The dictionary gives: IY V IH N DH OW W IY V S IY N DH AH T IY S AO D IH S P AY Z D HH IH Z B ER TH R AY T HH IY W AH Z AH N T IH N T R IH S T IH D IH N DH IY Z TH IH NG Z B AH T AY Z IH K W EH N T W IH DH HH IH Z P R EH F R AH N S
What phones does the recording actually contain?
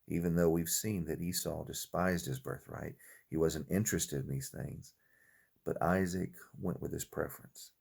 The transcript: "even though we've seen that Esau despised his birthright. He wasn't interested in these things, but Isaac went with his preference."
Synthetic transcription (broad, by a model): IY V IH N DH OW W IY V S IY N DH AH T IY S AO D IH S P AY Z D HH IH Z B ER TH R AY T HH IY W AH Z AH N T IH N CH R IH S T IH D IH N DH IY Z TH IH NG Z B AH T AY Z IH K W EH N T W IH DH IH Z P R EH F R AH N S